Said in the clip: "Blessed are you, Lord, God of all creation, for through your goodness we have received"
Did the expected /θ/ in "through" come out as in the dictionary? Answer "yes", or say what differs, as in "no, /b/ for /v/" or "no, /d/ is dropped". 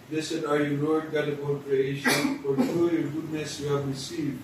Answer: no, /t/ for /θ/